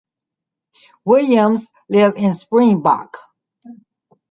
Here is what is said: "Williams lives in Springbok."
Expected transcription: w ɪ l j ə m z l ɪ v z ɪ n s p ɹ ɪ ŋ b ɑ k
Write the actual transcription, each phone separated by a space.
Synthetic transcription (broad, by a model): w ɪ l j ə m z l ɪ v ɪ n s p ɹ ɪ ŋ b ɑ k